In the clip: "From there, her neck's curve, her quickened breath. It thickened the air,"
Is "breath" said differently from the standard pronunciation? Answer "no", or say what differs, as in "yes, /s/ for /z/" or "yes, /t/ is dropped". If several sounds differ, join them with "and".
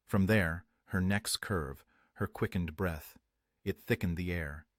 no